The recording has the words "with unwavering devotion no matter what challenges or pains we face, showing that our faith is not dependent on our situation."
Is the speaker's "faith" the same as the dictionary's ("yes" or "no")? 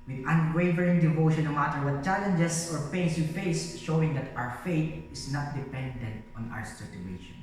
no